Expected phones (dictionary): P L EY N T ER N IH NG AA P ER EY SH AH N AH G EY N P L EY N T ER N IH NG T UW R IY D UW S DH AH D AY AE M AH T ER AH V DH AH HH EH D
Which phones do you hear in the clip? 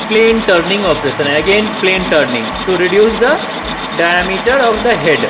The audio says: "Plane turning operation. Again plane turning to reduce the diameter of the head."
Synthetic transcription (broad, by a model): P L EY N T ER N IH NG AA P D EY S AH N AH G EY N P L EY N T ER N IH NG T UW R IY D UW S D AH D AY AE M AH T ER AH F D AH HH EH D